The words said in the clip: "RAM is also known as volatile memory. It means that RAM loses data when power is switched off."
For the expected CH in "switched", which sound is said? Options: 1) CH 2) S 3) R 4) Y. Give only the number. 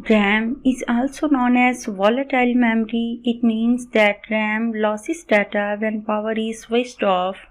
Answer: 2